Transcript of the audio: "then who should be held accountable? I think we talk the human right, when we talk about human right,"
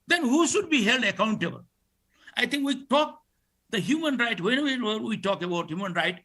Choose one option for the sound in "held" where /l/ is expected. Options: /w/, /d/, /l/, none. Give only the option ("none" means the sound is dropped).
/l/